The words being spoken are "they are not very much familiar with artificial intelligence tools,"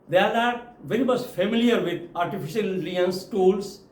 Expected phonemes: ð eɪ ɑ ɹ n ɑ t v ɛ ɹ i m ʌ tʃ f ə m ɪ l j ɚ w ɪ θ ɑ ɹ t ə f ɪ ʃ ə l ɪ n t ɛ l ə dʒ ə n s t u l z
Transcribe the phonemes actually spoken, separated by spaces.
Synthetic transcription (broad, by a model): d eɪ ɑ ɹ n ɑ t v ɛ ɹ i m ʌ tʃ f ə m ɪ l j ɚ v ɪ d ɑ ɹ t ə f ɪ ʃ ə l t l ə ə n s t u l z